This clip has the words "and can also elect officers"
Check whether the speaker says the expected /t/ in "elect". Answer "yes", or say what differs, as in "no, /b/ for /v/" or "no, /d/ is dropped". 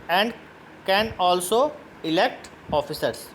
yes